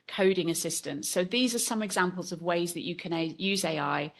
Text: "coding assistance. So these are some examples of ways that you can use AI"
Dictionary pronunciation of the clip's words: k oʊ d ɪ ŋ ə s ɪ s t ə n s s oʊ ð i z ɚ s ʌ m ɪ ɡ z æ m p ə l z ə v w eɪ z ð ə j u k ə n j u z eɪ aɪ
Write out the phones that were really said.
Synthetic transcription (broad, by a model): k oʊ d ɪ ŋ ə s ɪ s t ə n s s oʊ ð i z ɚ s ʌ m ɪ ɡ z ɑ m p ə l z ə v w eɪ z ð ə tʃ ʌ k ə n j u z eɪ aɪ